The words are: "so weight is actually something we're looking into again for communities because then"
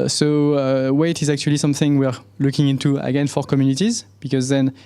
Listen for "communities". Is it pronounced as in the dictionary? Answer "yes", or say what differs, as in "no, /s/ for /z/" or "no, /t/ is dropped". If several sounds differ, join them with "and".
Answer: yes